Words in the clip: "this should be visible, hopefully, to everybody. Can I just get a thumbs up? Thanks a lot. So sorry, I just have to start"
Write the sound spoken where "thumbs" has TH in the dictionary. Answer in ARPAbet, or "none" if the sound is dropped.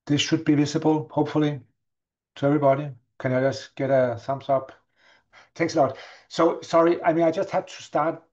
S